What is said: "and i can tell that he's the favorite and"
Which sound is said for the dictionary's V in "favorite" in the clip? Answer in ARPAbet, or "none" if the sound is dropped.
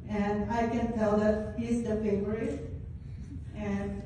none